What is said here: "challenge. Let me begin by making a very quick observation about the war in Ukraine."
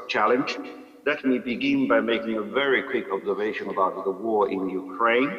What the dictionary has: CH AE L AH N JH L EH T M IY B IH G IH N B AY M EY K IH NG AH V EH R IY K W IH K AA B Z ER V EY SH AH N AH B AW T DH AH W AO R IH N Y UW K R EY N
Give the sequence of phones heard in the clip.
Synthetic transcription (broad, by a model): CH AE L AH N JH L EH T M IY B IH G IH N B AY M EY K IH NG AH V EH R IY K W IH K AA B Z ER V EY SH AH N AH B AW T DH AH W AO R IH N Y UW K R EY N